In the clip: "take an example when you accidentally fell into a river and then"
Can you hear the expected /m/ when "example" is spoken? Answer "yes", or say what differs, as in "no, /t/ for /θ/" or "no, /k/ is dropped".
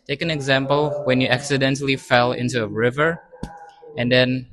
yes